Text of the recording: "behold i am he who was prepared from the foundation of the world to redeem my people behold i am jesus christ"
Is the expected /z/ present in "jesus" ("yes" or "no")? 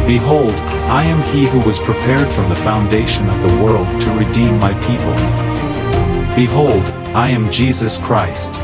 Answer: yes